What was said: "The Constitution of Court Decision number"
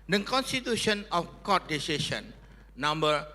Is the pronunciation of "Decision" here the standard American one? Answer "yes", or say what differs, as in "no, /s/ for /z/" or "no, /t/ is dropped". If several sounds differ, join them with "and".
no, /s/ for /ʒ/